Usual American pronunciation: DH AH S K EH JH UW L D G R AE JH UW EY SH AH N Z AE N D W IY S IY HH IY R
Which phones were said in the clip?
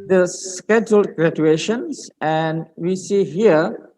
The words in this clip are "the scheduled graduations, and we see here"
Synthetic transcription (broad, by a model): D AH S K EH JH UW L D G R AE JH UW EY SH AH N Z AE N D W IY S IY HH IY R